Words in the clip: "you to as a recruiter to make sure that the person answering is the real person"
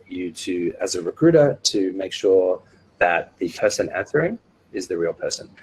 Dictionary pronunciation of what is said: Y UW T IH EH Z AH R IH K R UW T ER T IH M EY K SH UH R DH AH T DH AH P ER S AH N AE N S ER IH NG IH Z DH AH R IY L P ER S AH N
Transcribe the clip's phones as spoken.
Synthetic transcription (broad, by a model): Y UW T IH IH Z AH R IH K R UW T ER T IH M EY K SH UH R DH AH T DH AH P ER S AH N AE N TH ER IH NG IH Z DH AH R IY L P ER S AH N